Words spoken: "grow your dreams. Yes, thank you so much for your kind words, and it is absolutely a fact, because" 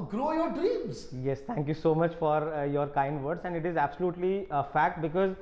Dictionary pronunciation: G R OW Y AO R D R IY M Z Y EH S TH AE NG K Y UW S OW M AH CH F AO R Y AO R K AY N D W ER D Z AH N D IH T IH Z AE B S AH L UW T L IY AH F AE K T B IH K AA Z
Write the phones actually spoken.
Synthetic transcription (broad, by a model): G R OW Y AO R D R IY M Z Y EH S T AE NG K Y UW S OW M AH CH F AO R Y AO R K AY N D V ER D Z AH N D IH T IH Z AE B S AH L UW T L IY AH F AE K T B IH K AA Z